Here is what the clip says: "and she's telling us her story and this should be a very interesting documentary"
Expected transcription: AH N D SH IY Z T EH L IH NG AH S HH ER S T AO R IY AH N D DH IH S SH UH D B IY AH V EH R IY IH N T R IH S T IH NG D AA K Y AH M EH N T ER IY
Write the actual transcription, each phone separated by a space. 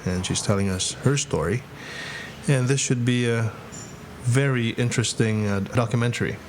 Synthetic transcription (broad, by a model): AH N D SH IY Z T EH L IH NG AH S HH ER S T AO R IY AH N DH IH S SH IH D B IY AH V EH R IY IH N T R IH S T IH NG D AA K Y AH M EH N T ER IY